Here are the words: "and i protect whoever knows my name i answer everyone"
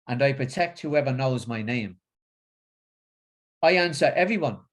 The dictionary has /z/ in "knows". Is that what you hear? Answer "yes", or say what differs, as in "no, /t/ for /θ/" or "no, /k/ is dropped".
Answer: yes